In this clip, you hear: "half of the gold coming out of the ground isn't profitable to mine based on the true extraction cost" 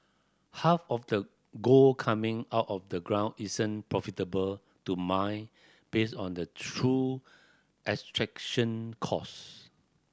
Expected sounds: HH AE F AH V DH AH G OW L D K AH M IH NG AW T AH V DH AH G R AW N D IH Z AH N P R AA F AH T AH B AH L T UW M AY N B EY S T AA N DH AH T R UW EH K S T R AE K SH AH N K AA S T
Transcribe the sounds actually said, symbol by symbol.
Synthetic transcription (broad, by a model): HH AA F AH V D AH G OW L K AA M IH NG AW T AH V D AH G R AW N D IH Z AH N P R AA F AH T AH B AH L T UW M AY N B EY S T AA N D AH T R UW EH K S T R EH K SH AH N K AA S